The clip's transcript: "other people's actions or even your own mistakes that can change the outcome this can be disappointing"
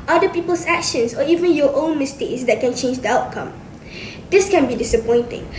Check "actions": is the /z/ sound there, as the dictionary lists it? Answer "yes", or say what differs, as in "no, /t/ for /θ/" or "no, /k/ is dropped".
no, /s/ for /z/